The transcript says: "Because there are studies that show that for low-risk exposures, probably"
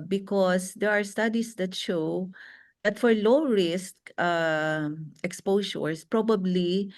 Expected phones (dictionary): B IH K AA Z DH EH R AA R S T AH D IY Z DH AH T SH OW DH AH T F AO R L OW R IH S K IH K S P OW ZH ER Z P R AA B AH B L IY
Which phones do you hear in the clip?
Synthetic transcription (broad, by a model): B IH K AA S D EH R AA R S T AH D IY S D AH T SH OW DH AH T F AO R L OW R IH S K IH K S P OW SH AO S P R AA B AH B L IY